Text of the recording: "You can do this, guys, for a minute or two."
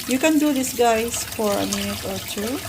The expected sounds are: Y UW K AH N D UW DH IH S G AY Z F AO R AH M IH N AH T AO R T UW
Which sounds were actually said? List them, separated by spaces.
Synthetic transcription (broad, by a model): Y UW K AH N D UW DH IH S G AY S F AO R AH M IH N AH T AO R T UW